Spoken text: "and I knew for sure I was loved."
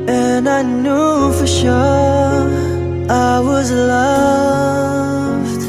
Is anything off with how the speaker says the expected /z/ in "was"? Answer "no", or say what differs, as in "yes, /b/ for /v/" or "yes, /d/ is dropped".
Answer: no